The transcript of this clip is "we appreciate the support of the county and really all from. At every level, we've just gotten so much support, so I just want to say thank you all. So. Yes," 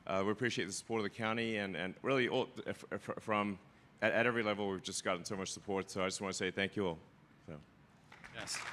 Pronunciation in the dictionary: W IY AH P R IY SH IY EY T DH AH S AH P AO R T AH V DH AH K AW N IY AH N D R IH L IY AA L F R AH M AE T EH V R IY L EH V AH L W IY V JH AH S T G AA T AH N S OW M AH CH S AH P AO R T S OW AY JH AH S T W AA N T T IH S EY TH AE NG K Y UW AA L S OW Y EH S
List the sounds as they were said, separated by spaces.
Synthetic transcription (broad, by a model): W IY AH P R IY SH IY EY T DH AH S AH P AO R T AH V DH AH K AW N IY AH N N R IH L IY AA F F R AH M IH T EH V R IY L EH V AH L W IY V JH AH S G AA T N S OW M AH CH S AH P AO R T S OW AY JH AH S W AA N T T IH S EY TH AE NG K Y UW AA L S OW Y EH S